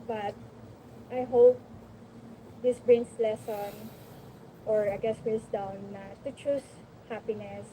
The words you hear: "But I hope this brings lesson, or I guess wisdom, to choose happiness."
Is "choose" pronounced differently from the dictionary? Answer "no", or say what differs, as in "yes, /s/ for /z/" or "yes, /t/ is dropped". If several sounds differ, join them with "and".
yes, /s/ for /z/